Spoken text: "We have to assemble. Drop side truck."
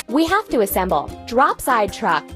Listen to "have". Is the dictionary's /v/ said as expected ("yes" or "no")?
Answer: no